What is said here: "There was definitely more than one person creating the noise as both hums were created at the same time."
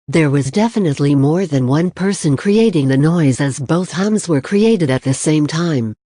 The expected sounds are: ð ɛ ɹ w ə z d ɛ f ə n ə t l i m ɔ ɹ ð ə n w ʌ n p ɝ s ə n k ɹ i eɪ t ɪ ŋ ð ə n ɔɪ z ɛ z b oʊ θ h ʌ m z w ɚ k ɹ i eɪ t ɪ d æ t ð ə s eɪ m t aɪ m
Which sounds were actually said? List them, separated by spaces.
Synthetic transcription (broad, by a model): ð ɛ ɹ w ə z d ɛ f ə n ə t l i m ɔ ɹ ð ə n w ʌ n p ɝ s ə n k ɹ i eɪ t ɪ ŋ ð ə n ɔɪ z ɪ z b oʊ θ h ʌ m z w ɚ k ɹ i eɪ t ɪ d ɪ t ð ə s eɪ m t aɪ m